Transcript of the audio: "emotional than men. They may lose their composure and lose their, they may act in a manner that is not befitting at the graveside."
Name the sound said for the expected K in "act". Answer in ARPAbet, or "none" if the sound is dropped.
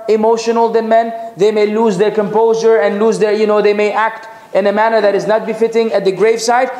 K